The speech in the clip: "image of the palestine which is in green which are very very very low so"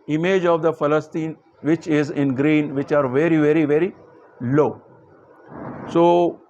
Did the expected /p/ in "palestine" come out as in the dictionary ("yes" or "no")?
no